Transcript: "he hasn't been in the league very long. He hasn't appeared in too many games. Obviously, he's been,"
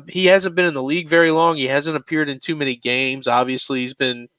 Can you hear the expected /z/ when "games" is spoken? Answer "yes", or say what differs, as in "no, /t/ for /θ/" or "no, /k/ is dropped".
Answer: yes